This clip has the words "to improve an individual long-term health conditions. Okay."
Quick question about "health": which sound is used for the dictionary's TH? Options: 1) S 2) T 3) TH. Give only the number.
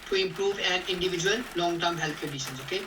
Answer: 2